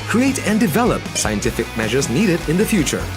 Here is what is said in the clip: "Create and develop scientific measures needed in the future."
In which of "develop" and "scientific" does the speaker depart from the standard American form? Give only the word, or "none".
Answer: none